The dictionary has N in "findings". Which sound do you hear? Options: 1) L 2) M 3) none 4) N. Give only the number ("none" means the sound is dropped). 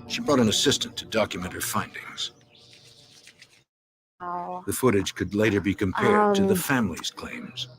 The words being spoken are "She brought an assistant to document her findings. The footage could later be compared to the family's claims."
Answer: 4